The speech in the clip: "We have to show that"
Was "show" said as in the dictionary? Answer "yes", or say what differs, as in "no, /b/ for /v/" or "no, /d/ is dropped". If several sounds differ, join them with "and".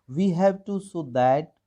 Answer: no, /s/ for /ʃ/